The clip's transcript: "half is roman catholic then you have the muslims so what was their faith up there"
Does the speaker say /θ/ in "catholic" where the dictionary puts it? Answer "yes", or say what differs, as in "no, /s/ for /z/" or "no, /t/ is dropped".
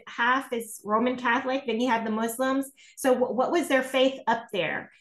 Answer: yes